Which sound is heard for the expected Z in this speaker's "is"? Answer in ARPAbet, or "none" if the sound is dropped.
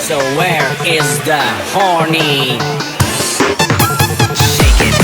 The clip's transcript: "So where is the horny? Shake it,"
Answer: Z